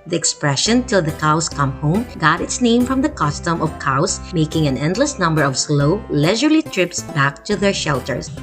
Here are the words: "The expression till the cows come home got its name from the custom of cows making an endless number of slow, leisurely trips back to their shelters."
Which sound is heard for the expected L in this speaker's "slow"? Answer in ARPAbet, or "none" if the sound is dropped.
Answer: L